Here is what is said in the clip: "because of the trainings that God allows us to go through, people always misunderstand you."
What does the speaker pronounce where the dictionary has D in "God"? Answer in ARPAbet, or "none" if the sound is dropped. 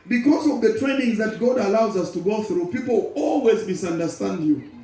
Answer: D